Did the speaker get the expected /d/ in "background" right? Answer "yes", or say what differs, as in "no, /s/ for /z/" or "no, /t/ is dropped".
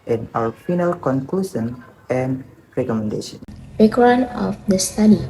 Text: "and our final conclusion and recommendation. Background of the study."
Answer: no, /d/ is dropped